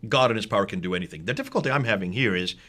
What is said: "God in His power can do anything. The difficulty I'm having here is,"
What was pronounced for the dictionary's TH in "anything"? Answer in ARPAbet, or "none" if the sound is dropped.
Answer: TH